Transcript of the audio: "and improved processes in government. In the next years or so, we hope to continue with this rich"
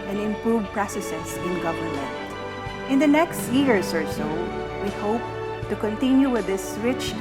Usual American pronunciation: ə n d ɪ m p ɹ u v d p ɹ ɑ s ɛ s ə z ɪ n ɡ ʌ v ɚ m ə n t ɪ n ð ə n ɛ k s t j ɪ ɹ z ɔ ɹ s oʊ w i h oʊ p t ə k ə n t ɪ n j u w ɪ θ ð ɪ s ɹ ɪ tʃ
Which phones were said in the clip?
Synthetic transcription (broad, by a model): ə n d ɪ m p ɹ u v p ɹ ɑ s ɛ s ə s ɪ n ɡ ʌ v ɚ m ə n t ɪ n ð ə n ɛ k s t j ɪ ɹ s ɔ ɹ s oʊ w i h oʊ p t ə k ə n t ɪ n j u w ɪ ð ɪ s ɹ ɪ tʃ